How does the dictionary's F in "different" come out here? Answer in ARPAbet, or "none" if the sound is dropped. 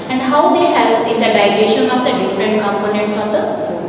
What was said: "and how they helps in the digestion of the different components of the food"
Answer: F